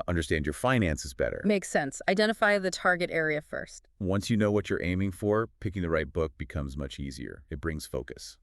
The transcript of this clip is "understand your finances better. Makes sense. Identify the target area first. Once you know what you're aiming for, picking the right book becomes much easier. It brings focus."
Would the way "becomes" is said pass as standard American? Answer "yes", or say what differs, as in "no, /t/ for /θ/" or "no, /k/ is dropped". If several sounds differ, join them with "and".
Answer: yes